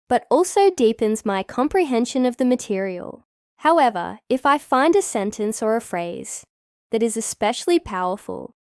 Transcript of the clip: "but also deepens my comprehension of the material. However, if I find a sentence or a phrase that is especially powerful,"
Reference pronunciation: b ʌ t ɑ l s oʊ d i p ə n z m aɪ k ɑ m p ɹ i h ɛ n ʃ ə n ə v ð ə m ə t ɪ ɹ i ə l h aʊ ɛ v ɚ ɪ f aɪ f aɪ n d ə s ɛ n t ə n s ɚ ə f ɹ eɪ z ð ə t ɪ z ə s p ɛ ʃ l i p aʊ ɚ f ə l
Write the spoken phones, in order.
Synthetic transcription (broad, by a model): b ʌ t ɑ l s oʊ d i p ə n z m aɪ k ɑ m p ɹ i h ɛ n ʃ ə n ə v ð ə m ə t ɪ ɹ i ə l h aʊ ɛ v ɚ ɪ f aɪ f aɪ n d ə s ɛ n t ə n s ɚ ə f ɹ eɪ z ð ə t ɪ z ə s p ɛ ʃ l i p aʊ ɚ f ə l